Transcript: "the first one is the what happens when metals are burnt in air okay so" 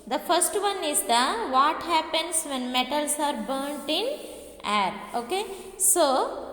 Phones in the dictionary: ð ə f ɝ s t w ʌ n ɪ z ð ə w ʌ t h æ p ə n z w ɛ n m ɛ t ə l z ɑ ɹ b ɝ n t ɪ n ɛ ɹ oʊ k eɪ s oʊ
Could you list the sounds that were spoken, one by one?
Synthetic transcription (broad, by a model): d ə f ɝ s t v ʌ n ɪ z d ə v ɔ t h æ p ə n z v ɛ n m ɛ t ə l s ɑ ɹ b ɝ n t ɪ n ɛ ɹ oʊ k eɪ s oʊ